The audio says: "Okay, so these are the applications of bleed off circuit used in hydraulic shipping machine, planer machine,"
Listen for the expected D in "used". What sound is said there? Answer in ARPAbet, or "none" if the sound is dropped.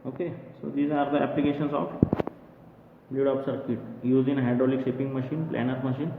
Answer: none